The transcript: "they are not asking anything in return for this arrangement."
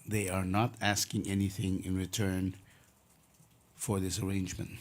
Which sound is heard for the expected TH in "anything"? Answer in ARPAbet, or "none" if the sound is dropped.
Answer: TH